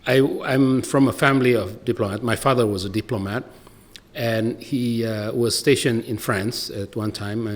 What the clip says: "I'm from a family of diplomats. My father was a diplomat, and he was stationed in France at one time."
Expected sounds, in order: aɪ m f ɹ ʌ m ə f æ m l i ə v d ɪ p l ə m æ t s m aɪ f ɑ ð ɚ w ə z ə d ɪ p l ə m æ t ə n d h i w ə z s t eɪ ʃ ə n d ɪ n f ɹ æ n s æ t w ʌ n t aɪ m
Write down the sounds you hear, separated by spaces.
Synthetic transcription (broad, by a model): aɪ m f ɹ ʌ m ə f æ m l i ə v d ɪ p l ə m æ t m aɪ f ɑ ð ɚ w ə z ə d ɪ p l ə m æ t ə n h i w ə z s t eɪ ʃ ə n ɪ n f ɹ æ n s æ t w ʌ n t aɪ m